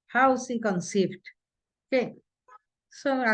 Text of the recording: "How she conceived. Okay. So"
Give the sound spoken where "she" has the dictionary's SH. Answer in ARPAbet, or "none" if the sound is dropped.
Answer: S